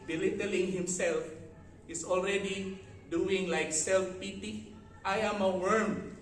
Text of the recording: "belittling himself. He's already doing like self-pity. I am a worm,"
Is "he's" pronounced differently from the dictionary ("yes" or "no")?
yes